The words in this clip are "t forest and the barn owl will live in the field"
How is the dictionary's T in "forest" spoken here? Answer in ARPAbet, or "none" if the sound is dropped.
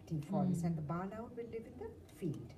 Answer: none